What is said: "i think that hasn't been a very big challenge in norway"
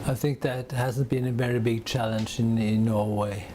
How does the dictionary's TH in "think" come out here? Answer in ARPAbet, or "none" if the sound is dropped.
TH